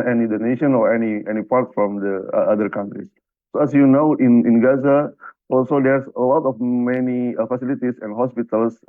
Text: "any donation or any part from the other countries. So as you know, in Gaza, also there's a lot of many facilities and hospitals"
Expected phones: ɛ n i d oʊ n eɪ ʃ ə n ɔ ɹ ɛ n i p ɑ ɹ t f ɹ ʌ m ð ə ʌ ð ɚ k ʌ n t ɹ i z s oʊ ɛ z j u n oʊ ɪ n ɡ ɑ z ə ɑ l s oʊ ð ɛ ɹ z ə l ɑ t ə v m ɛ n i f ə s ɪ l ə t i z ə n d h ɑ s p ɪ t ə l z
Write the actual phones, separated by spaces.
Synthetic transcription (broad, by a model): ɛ n i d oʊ n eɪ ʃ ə n ɔ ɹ ɛ n i p ɑ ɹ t f ɹ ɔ m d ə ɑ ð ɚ k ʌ n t ɹ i s oʊ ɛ s j u n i ɪ n ɡ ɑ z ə ɑ l s oʊ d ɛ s ə l ɑ t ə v m ɛ n i f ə s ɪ l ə t i s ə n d h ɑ s p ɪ t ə l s